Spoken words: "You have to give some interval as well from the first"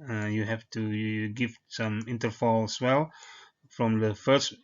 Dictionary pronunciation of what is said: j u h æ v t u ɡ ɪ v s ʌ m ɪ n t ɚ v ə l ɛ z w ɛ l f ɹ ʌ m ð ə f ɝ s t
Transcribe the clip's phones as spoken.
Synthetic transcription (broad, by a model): j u h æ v t u ɡ ɪ v s ʌ m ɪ n t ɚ f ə l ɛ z w ɛ l f ɹ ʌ m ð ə f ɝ s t